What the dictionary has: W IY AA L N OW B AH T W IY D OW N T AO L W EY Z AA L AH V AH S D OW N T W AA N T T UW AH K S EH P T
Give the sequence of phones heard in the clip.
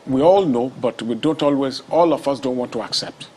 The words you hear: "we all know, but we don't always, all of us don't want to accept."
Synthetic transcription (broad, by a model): W IY AA L N OW B AH T W IY D OW N T AO L W EY Z AA L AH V AH S D OW N T W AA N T T UW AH K S EH P T